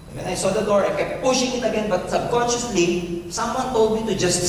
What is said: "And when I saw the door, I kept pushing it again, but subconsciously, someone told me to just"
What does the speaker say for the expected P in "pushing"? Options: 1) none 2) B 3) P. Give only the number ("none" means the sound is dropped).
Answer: 3